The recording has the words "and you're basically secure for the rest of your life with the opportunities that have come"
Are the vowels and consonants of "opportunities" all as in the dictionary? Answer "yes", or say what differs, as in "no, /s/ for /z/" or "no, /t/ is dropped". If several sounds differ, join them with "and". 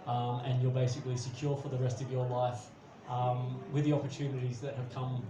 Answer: yes